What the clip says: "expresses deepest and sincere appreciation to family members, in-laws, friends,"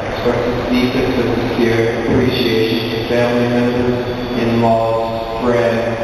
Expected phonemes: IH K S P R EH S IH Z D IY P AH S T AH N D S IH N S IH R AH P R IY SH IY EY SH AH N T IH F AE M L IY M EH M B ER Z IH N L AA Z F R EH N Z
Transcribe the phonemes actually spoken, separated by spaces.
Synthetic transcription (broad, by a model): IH K S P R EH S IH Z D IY F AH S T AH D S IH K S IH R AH P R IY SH IY EY SH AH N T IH F AE M L IY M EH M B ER Z IH N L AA F R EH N